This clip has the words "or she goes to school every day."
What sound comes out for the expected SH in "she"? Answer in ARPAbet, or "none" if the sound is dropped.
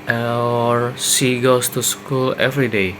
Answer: S